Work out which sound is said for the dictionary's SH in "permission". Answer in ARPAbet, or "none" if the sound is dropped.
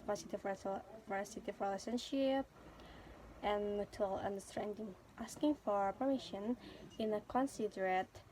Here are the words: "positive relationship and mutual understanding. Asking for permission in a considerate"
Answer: SH